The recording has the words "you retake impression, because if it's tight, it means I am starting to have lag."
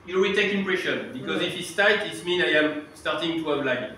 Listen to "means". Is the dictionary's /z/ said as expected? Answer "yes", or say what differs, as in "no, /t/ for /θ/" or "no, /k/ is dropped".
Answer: no, /z/ is dropped